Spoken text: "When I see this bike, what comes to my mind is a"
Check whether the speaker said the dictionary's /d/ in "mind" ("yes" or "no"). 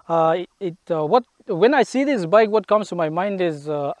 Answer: yes